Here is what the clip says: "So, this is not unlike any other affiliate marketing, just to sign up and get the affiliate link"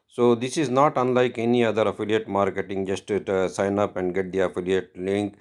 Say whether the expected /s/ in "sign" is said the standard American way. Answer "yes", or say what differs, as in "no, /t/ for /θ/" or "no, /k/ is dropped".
yes